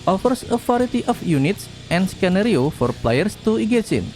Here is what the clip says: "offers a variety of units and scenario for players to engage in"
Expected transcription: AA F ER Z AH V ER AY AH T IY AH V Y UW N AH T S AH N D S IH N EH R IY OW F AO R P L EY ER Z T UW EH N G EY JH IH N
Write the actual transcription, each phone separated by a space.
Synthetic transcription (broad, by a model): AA F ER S AH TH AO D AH T IY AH F Y UW N AH T S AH N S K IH N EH R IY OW F AO R P L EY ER S T UW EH G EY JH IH N